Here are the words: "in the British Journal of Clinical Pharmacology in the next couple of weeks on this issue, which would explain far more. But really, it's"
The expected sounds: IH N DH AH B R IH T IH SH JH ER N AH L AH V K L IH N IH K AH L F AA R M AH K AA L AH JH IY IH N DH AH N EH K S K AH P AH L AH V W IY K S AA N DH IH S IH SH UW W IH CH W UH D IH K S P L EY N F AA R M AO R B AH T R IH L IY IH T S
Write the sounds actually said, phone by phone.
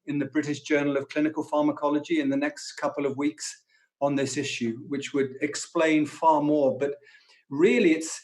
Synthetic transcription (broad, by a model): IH N DH AH B R IH T IH SH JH ER N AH L AH V K L IH N IH K AH L F AA R M AH K AA L AH JH IY IH N DH AH N EH K S K AH P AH L AH V W IY K S N DH IH S IH SH UW W IH CH W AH D IH K S P L EY N F AA R M AO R B AH T R IH L IY IH T S